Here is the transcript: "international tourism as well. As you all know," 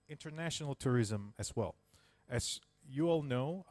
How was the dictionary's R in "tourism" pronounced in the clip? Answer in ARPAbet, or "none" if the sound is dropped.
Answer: R